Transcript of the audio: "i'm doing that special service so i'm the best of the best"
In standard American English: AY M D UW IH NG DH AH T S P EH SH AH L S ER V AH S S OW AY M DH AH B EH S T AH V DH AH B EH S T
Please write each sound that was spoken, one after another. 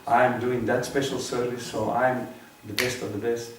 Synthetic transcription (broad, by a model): AY M D UW IH NG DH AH T S P EH SH AH L S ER V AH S S OW AY M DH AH B EH S T AH V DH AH B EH S T